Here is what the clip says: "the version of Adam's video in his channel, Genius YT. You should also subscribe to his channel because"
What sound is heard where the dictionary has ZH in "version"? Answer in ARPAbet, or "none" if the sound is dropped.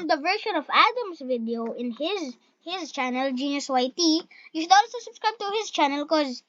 SH